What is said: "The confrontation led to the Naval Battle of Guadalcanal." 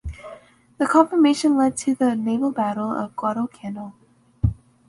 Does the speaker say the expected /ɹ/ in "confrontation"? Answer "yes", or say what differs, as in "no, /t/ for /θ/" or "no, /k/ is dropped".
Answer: no, /ɹ/ is dropped